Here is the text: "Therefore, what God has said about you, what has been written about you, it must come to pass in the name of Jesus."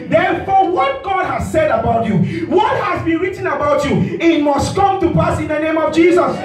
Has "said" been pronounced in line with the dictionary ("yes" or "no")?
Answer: yes